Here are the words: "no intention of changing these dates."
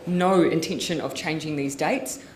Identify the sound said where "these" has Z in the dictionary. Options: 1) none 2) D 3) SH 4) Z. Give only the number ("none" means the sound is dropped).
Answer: 4